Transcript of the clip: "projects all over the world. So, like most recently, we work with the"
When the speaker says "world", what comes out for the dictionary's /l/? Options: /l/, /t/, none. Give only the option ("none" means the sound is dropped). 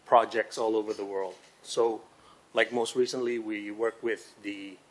/l/